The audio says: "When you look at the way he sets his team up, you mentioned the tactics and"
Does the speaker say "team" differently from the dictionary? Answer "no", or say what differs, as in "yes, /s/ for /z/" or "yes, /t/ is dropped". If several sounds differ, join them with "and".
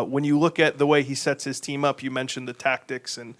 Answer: no